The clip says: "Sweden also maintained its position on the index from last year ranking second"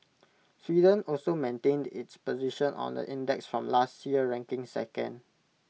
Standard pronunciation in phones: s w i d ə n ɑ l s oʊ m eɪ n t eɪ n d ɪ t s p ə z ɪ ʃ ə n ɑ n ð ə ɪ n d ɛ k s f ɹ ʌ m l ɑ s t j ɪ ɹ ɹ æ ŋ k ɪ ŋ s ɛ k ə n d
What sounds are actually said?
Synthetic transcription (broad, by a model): s w i d ə n ɑ l s oʊ m eɪ n t eɪ n d ɪ t s p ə z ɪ ʃ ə n ɑ n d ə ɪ n d ɛ k s f ɹ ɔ m l ɑ s t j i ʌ ɹ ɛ ŋ k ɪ ŋ s ɛ k ə n d